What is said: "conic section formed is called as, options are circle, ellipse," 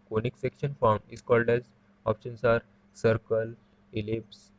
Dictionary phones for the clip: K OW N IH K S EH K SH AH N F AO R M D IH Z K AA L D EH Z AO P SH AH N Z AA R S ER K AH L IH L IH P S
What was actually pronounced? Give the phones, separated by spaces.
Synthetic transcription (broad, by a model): K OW N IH K S EH K SH AH N F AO R M IH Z K AA L D EH Z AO P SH AH N S AA R S ER K AH L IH L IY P S